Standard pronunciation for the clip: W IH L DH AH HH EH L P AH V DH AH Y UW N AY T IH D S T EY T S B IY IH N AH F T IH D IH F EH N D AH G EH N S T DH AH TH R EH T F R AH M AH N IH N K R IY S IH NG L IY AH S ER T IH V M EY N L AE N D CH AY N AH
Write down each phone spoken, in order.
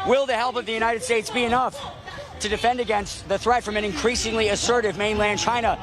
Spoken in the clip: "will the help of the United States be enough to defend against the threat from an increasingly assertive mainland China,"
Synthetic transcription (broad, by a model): W IH L DH AH HH EH L P AH V DH AH Y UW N AY T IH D S T EY T S B IY IH N AH F T IH D IH F EH N D AH G EH N S T DH AH TH R EH T F R AH M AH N IH N K R IY S IH NG L IY AH S ER T IH V M EY N L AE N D CH AY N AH